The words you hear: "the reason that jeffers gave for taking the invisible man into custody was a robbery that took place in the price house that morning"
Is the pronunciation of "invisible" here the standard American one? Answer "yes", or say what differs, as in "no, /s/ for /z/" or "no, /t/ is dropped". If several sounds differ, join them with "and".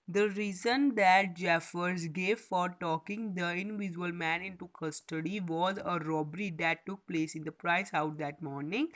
no, /b/ is dropped